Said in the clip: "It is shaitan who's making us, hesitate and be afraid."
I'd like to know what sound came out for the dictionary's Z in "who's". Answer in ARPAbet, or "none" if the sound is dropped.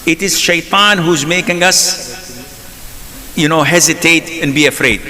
Z